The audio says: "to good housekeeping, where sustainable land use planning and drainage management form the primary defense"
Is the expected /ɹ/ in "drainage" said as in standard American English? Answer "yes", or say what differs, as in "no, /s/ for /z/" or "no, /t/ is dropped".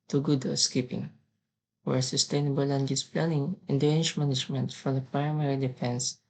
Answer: no, /ɹ/ is dropped